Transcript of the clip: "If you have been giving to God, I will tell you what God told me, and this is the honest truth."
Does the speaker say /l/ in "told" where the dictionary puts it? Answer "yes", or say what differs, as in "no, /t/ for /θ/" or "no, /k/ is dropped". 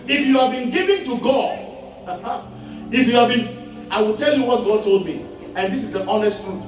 yes